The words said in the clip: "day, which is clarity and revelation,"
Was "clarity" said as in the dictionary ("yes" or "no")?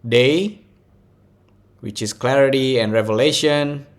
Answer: yes